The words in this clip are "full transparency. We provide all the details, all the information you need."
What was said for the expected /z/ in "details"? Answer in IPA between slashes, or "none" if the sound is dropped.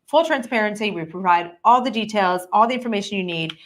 /z/